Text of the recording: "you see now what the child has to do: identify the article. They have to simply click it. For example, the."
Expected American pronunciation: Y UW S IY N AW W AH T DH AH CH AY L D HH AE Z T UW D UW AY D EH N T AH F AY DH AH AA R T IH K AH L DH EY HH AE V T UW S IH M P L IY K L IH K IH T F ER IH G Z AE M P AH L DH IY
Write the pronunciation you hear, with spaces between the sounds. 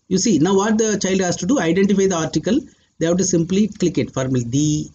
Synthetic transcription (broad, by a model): Y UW S IY N AW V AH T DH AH CH AY L D HH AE S T UW D UW AY D EH N T AH F AY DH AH AA R T IH K AH L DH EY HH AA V T UW S IH M P L IY K L IH K IH T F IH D M AH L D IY